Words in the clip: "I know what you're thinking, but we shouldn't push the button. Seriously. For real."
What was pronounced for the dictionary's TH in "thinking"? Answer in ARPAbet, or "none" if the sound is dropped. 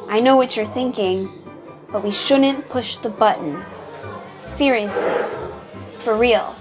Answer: TH